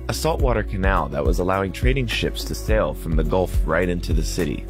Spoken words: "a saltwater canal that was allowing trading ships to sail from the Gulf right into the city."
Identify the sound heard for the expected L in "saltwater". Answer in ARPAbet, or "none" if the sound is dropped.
L